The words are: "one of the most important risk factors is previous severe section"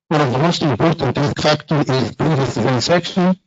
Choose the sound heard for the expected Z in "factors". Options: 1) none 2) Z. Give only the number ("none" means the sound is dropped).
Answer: 1